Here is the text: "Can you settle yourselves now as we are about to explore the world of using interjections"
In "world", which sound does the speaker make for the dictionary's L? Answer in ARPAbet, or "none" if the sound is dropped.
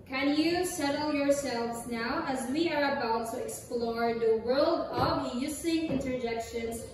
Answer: L